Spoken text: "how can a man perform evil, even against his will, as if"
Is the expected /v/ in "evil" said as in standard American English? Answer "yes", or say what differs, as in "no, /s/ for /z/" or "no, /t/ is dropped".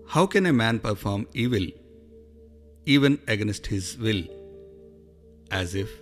yes